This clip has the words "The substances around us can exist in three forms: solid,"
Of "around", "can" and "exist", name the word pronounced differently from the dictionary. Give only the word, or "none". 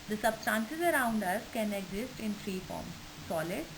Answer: none